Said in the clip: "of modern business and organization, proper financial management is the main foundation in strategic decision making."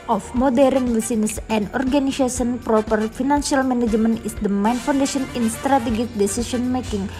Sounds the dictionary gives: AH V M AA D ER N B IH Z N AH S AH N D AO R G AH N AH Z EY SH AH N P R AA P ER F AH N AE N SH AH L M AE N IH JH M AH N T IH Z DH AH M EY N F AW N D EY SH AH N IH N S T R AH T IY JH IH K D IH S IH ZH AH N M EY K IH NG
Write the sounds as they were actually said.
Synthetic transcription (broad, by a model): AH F M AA D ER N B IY S N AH S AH N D AO R G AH N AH S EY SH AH N P R AA P ER F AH N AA N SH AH L M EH N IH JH M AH N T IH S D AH M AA N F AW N D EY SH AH N IH N S T R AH T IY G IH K D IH S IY S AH N M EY K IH NG